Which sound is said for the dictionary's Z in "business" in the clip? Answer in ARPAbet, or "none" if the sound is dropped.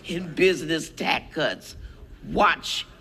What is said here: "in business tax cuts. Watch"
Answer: Z